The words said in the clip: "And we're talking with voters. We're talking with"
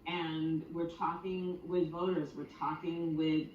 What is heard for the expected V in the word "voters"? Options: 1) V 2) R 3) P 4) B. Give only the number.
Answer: 1